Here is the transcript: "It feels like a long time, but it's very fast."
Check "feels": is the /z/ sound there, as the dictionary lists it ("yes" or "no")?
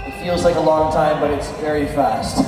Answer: yes